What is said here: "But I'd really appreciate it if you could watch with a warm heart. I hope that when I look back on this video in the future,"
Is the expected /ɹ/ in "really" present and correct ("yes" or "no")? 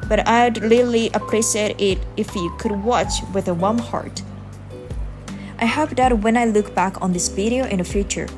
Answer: no